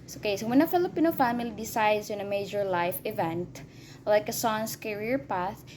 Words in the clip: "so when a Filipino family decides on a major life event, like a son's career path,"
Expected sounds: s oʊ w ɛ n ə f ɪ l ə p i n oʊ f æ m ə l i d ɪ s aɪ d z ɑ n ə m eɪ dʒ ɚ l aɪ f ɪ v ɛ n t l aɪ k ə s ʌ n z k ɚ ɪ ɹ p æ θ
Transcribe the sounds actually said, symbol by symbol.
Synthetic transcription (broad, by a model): s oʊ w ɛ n ə f ɪ l ə p i n oʊ f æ m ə l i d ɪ s aɪ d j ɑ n ə m eɪ dʒ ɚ l aɪ f ɪ v ɛ n t l aɪ k ə s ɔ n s k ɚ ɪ ɹ p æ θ